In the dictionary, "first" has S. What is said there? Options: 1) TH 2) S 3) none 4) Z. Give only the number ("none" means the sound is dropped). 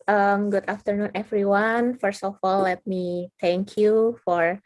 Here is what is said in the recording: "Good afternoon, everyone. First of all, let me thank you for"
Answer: 2